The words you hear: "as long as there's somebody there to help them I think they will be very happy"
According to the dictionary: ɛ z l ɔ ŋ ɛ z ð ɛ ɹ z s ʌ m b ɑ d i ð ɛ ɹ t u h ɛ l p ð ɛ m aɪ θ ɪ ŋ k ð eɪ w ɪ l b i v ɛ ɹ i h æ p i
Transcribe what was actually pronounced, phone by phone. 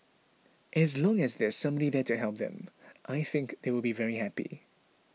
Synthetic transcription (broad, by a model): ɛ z l ɔ ŋ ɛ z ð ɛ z s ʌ m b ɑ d i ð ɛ t u h ɛ l p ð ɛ m aɪ θ ɪ ŋ k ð eɪ w ɪ l b i v ɛ ɹ i h æ p i